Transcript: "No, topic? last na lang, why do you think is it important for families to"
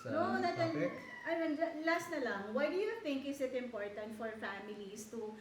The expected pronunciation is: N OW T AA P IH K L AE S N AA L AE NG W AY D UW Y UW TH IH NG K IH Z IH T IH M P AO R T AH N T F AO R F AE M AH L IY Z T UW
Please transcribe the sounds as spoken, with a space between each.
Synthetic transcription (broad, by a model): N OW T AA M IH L L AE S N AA L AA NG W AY D UW Y UW T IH NG K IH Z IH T IH M P AO R T AH N T F AO R F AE M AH L IY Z T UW